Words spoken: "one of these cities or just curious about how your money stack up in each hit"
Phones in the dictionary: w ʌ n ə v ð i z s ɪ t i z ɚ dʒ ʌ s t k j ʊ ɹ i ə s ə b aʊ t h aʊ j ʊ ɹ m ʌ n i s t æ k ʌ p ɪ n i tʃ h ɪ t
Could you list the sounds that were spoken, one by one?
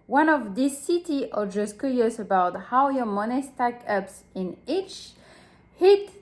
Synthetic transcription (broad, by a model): w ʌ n ə v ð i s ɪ t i ɚ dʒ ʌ s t k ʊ ɹ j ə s ə b aʊ t h aʊ j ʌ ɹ m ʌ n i s t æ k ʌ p ɪ n i tʃ h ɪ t